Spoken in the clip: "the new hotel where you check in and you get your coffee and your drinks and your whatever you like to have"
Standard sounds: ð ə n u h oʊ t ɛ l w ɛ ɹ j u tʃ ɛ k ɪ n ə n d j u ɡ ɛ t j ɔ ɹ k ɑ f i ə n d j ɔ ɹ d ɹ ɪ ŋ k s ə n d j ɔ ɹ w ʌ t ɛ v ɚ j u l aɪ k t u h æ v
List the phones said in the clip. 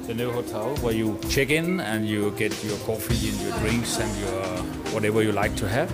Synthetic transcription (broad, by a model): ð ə n u h oʊ t ɛ l w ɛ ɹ j u tʃ ɛ k ɪ n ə n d j u ɡ ɛ t j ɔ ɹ k ɑ f i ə n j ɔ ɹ d ɹ ɪ ŋ k s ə n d j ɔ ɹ w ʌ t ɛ v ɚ j u l aɪ k t u h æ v